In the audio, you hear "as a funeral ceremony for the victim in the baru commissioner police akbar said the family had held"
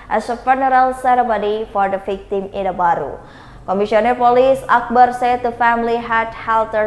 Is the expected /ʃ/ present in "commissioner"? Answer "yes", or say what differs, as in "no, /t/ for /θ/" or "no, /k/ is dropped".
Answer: no, /s/ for /ʃ/